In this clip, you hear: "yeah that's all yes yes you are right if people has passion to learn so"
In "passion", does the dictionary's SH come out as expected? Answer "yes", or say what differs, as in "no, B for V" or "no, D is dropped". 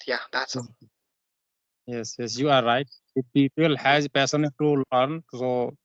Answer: no, S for SH